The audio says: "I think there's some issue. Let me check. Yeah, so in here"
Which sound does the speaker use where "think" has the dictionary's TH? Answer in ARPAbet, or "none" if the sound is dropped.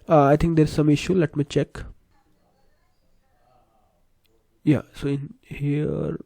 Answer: T